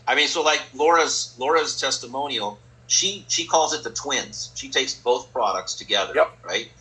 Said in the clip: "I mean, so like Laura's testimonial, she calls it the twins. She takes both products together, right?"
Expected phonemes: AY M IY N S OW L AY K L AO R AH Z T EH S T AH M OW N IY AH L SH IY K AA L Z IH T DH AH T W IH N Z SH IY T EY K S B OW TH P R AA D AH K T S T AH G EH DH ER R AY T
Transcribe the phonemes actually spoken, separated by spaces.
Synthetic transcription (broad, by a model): AY M IY N S OW L AY K L AO R AH Z T EH S T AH M OW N IY L SH IY K AA L Z IH T DH AH T W IH N Z SH IY T EY K S B OW TH P R AA D AH K T S T AH G EH DH ER R AY T